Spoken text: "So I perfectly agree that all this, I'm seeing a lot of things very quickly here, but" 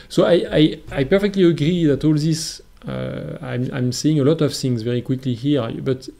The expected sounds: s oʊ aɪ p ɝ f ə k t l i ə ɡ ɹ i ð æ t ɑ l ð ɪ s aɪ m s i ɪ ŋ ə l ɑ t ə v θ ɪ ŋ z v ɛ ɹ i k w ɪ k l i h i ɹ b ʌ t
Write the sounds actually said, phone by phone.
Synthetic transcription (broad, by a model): s oʊ aɪ p ɝ f ə k t l i ə ɡ ɹ i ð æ t ɑ l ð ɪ s aɪ m s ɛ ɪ ŋ ə l ɑ t ə v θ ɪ ŋ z v ɛ ɹ i k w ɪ k l i h i ɹ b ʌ t